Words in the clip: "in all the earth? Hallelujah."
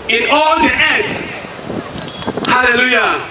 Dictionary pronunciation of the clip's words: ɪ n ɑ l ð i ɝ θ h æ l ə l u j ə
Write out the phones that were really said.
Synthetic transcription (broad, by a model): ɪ n ɑ l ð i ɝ t h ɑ l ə l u j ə